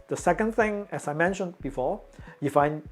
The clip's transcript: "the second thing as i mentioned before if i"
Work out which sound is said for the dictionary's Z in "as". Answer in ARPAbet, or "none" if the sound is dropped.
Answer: S